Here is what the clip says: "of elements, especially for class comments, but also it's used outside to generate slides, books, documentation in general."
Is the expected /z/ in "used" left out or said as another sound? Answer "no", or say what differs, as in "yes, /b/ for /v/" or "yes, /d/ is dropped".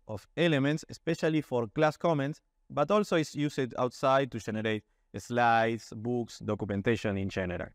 yes, /s/ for /z/